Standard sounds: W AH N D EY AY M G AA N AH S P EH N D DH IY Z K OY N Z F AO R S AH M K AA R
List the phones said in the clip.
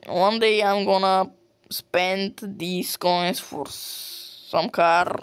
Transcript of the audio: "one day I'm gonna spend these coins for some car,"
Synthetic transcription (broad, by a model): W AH N D EY AY M G AA N AH S P EH N D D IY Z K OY N S F AO R S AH M K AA R